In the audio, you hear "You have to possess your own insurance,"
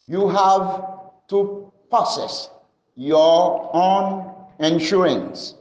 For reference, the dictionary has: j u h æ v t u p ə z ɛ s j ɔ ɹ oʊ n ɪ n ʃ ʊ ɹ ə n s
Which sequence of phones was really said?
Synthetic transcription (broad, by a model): j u h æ v t u p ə s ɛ s j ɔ oʊ n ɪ n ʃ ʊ ɹ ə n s